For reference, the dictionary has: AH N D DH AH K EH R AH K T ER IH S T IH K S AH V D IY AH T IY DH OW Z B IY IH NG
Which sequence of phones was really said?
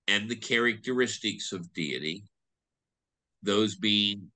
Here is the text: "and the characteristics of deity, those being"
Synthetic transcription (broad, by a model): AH N DH AH K EH R AH K T ER IH S T IH K S AH V D IY AH T IY DH OW Z B IY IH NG